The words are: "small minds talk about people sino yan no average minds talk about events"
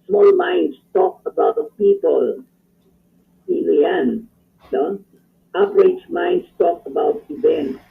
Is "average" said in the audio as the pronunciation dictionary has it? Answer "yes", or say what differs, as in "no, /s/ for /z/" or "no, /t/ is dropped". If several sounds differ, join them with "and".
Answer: no, /p/ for /v/